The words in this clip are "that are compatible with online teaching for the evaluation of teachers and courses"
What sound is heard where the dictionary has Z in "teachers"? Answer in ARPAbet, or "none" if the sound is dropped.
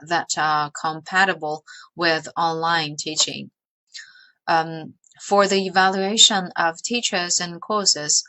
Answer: Z